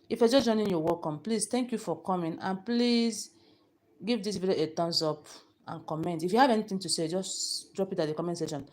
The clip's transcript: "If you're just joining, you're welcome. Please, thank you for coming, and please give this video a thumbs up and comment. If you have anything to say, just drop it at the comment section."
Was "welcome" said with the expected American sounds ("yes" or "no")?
no